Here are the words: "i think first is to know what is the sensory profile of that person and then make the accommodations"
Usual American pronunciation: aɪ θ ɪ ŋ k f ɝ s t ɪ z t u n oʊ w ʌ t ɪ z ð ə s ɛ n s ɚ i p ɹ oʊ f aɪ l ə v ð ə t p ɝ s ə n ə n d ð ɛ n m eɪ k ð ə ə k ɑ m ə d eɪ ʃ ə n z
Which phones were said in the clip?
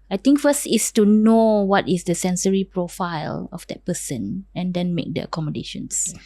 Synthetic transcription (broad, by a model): aɪ t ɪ ŋ k f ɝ s t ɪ s t u n oʊ w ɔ t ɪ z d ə s ɛ n s ɚ i p ɹ oʊ f aɪ l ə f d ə t p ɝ s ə n ə n d ɛ n m eɪ k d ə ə k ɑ m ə d eɪ ʃ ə n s